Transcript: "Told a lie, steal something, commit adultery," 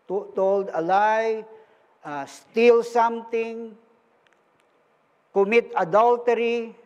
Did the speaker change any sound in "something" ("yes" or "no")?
yes